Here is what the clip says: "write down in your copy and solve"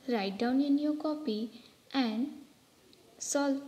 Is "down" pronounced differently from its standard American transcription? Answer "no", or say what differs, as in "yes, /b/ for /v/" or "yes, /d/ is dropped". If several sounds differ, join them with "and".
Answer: no